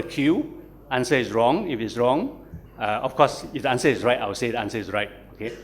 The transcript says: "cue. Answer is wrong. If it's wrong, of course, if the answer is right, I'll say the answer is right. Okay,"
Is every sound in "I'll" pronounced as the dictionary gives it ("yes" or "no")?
no